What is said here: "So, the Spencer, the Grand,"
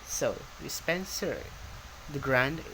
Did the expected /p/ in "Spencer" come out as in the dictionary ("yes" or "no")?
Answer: yes